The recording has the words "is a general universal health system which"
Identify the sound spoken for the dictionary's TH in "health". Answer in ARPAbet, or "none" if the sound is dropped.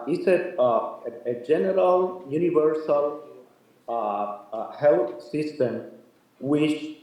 T